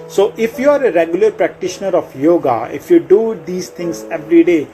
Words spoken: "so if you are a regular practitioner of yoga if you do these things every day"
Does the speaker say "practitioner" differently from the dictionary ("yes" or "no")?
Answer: no